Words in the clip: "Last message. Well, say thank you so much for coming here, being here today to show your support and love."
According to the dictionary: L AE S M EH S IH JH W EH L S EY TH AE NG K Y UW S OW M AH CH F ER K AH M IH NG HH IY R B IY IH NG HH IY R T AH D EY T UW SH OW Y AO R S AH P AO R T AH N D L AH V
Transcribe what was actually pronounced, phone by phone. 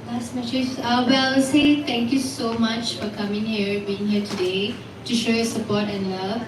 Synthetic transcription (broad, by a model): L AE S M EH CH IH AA W EH L S EY T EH NG K Y UW S OW M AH CH F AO K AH M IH NG HH IY R B IY IH NG HH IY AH T AH D EY T UW SH OW Y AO S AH P AO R T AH N L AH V